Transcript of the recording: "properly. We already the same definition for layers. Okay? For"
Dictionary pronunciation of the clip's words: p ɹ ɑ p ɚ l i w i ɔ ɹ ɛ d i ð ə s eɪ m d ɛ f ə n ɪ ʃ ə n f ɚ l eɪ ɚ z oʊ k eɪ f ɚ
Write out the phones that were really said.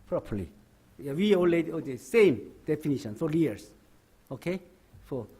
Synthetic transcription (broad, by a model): p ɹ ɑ p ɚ l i w i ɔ l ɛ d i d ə s eɪ m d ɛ f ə n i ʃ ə n f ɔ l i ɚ s oʊ k eɪ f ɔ